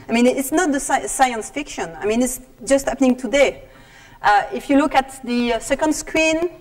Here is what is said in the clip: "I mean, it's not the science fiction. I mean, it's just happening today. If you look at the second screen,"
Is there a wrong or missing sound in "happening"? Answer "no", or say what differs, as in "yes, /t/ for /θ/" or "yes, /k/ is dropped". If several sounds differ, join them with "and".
no